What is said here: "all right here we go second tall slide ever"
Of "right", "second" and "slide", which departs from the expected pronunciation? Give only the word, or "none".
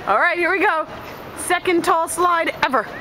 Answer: none